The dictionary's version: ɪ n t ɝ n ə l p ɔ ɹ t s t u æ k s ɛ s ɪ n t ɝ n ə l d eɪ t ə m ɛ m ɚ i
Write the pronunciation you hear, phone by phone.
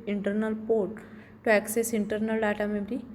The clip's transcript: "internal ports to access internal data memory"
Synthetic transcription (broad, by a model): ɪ n t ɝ n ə l p ɔ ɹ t t u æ k s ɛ s ɪ n t ɝ n ə l d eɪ t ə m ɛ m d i